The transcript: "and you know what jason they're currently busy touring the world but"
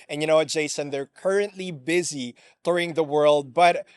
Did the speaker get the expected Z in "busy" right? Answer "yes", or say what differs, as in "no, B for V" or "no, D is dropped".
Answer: yes